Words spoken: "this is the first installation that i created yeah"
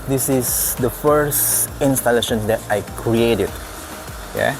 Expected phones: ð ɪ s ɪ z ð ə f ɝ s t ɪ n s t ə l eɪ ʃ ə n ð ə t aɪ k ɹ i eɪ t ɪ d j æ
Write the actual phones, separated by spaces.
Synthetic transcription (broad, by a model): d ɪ s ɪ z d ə f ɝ s ɪ n s t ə l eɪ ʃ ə n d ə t aɪ k ɹ i eɪ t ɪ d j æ